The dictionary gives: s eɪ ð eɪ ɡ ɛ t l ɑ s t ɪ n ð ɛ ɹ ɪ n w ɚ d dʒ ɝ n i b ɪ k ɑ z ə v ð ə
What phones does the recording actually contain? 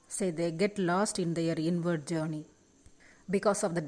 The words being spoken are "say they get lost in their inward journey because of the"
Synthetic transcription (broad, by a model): s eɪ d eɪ ɡ ɛ t l ɑ s t ɪ n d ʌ ɹ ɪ n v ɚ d dʒ ɝ n i b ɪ k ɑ s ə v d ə